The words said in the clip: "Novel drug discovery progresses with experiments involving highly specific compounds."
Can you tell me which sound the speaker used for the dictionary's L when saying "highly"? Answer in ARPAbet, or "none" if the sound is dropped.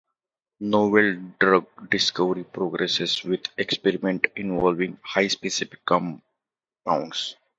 none